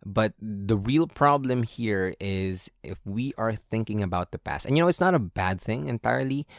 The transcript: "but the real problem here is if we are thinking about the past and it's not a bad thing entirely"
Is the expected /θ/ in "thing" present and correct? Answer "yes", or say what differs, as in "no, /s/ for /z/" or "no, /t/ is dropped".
yes